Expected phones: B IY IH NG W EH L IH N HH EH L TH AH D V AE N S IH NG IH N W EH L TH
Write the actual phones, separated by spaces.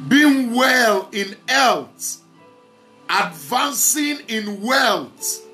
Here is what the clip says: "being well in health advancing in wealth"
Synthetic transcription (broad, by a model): B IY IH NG W EH L IH N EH L T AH D V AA N S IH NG IH N W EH L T